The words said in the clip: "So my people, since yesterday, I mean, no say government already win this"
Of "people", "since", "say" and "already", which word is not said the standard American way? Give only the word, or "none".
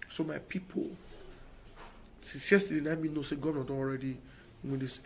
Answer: since